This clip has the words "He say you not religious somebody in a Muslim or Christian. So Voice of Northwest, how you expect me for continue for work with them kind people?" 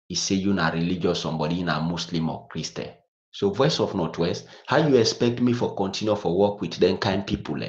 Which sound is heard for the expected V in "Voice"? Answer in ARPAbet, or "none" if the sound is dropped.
V